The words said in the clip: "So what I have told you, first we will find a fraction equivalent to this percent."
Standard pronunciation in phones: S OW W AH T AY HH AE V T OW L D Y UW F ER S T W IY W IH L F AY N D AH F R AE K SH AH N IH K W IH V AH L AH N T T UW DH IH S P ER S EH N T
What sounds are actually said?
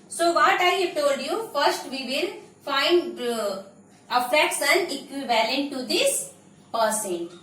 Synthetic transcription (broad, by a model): S OW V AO T AY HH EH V T OW L D Y UW F ER S T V IY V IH L F AY N D AH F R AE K S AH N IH K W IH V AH L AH N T T UW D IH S P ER S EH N